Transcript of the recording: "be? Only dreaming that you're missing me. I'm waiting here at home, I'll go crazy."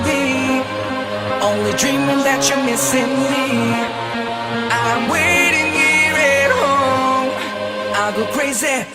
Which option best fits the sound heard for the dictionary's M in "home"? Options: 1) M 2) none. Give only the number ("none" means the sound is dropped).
2